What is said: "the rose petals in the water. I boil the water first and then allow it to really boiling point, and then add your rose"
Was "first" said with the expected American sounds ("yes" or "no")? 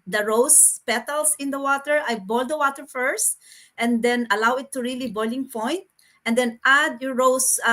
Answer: yes